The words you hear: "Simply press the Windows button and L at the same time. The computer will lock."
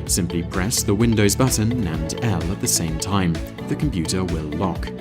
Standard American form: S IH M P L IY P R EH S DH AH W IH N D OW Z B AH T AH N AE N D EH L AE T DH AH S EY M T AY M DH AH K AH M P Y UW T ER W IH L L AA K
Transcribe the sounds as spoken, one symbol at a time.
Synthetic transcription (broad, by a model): S IH M P L IY P R EH S DH AH W IH N D OW Z B AH T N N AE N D EH L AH T DH AH S EY M T AY M DH AH K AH M P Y UW T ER W IH L L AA K